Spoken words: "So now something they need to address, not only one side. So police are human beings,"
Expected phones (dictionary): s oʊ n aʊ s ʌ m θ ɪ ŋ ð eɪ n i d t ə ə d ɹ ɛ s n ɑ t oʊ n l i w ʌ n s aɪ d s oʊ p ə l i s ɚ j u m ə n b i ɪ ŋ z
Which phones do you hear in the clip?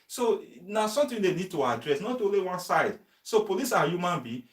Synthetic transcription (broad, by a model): s oʊ n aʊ s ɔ m t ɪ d eɪ n i d t ə ə d ɹ ɛ s n ɑ t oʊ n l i w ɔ n s aɪ d s oʊ p ə l i s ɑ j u m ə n b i